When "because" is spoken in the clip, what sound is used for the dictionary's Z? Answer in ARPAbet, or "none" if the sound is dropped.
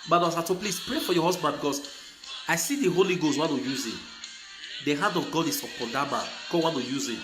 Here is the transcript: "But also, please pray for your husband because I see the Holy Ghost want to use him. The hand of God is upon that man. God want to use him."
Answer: S